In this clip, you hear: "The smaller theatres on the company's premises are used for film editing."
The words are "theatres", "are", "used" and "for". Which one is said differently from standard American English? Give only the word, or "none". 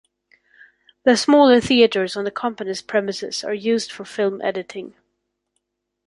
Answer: none